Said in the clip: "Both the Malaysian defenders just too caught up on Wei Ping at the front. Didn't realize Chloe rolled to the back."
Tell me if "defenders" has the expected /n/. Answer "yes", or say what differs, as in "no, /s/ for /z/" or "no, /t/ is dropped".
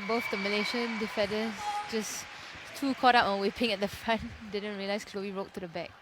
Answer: no, /n/ is dropped